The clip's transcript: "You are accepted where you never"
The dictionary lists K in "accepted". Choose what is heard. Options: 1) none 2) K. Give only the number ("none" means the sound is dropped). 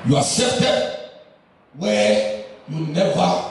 1